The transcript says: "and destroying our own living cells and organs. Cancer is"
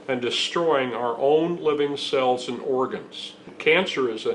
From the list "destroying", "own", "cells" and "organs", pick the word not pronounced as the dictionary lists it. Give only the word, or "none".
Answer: none